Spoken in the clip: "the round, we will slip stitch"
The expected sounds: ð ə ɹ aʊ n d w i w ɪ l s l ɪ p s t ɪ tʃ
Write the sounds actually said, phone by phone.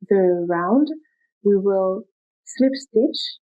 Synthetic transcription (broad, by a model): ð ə ɹ aʊ n d w i w ɪ l s l ɪ p s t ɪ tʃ